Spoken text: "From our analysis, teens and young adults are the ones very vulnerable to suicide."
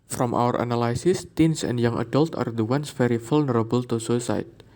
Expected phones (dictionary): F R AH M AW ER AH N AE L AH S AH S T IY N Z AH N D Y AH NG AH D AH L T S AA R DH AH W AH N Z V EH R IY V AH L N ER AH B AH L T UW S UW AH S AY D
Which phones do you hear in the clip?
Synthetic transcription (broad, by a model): F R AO M AW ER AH N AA L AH S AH S T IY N S AH N D Y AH NG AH D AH L T AA R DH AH W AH N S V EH R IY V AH L N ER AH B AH L T UW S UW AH S AY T